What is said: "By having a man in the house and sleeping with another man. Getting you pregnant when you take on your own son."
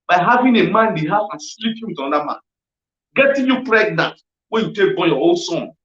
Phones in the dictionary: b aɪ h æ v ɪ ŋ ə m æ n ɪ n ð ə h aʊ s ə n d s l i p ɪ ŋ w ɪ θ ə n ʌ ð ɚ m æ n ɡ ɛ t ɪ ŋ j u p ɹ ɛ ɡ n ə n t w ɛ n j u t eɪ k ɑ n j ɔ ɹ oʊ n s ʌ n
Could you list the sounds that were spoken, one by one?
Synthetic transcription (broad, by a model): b aɪ h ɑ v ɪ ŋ ə m ɪ n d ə h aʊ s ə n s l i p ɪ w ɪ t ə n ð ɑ m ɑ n ɡ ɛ t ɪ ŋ j u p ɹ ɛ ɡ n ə t w ɛ n j u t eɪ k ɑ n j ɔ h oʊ l s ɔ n